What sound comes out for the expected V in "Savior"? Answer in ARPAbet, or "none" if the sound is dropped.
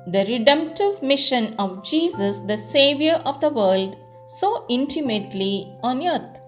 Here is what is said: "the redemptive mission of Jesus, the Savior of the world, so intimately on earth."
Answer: V